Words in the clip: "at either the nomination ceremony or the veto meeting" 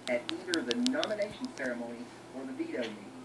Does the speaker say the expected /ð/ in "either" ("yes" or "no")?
yes